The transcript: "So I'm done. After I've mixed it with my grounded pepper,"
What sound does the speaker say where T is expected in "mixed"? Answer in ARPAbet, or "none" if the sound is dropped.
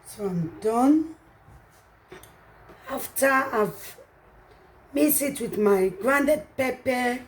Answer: none